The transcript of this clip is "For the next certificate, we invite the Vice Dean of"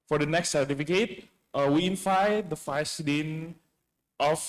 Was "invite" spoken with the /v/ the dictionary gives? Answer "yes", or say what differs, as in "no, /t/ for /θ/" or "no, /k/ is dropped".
no, /f/ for /v/